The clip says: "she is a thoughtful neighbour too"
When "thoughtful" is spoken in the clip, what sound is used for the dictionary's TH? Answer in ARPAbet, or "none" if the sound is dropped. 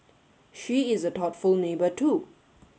T